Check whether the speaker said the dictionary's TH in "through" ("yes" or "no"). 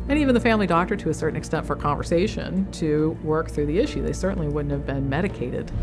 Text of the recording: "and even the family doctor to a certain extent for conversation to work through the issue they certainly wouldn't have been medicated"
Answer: yes